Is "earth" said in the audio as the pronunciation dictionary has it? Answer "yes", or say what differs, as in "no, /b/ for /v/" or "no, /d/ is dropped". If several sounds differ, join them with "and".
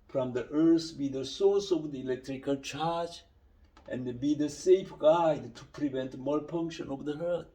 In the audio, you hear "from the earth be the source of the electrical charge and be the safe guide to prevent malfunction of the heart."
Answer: no, /s/ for /θ/